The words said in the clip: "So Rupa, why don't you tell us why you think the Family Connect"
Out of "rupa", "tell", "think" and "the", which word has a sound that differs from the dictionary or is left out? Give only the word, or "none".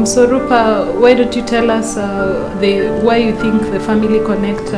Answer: none